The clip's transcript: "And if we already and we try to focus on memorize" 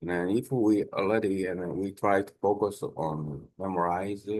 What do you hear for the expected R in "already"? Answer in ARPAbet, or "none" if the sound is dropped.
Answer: none